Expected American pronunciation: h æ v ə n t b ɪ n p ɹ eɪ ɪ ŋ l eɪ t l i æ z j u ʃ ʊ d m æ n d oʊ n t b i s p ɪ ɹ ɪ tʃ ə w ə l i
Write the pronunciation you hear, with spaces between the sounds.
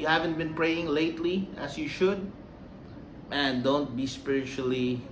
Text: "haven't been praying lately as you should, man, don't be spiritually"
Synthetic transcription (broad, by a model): h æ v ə n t b ɪ n p ɹ eɪ ɪ ŋ l eɪ t l i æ s j u ʃ ʊ d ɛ n d oʊ n t b i s p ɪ ɹ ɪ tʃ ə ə l i